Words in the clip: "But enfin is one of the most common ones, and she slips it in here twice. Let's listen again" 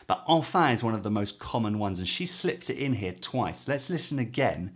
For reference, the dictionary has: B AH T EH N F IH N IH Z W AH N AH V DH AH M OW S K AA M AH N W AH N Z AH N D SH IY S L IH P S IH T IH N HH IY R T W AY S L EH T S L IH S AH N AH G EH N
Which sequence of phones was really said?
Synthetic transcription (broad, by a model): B AH T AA L F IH IH Z W AH N AH V DH AH M OW S K AA M AH N W AH N Z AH N SH IY S L IH P S IH T IH N HH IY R T W AY S L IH T S L IH S AH N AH G EH N